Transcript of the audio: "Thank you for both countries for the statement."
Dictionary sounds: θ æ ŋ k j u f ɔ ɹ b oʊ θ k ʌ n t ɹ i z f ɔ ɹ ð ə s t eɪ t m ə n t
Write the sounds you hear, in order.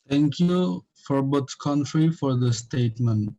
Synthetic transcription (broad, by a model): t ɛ ŋ k j u f ɔ ɹ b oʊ s k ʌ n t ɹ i f ɔ ɹ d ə s t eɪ t m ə n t